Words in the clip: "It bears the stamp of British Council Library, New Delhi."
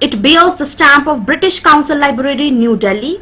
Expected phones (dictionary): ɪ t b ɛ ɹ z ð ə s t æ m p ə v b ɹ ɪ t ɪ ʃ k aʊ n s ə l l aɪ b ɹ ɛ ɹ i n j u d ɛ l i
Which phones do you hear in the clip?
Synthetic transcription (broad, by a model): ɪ t b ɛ l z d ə s t æ m p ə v b ɹ ɪ t ɪ ʃ k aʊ n s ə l l aɪ b ɹ ɛ ɹ i n j u d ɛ l i